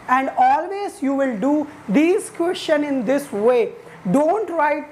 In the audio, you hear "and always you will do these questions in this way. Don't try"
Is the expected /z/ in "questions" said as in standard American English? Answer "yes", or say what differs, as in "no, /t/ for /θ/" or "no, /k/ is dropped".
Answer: no, /z/ is dropped